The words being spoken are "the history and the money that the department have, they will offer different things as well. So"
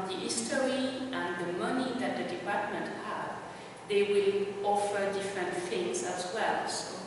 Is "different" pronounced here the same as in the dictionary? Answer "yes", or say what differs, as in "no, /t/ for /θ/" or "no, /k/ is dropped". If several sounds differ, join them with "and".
yes